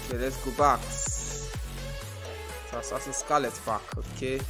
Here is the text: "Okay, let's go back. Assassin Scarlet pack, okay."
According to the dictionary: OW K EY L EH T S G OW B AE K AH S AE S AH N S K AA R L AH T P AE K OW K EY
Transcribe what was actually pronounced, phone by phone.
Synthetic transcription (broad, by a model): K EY L EH T S G OW B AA K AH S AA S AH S K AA L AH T F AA K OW K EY